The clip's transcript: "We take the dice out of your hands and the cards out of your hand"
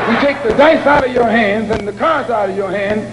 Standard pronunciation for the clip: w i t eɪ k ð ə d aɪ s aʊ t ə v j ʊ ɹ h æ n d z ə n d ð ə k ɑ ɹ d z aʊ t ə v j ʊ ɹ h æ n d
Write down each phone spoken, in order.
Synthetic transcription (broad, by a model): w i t eɪ k ð ə d aɪ s aʊ t ə v j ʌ ɹ h æ n d z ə n ð ə k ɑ ɹ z aʊ t ə v j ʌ ɹ h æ n d